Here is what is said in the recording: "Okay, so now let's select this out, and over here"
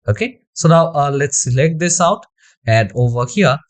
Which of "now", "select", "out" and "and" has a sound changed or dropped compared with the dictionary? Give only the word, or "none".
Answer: none